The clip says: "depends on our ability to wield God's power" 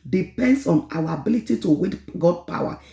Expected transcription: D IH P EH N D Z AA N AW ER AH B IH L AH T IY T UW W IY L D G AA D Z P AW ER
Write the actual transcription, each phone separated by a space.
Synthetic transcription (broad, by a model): D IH P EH N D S AA N AW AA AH B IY L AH T IY T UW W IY D G AA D P AW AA